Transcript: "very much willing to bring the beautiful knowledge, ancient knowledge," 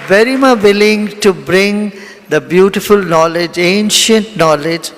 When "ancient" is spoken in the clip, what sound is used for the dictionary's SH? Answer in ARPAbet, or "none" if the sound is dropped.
SH